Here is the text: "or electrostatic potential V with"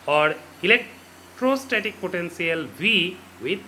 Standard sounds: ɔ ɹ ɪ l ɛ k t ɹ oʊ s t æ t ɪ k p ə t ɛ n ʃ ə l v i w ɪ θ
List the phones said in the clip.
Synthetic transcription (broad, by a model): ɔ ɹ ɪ l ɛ k t ɹ oʊ s t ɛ t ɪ k p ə t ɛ n s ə l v i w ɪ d